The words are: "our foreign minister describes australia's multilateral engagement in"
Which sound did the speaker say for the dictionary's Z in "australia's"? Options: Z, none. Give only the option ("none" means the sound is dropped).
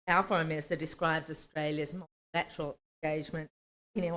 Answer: Z